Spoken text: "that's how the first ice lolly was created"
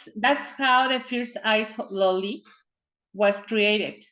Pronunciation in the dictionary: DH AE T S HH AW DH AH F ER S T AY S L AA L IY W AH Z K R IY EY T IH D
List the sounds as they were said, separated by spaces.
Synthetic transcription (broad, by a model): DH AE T S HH AW DH AH F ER S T AY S L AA L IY W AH S K R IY EY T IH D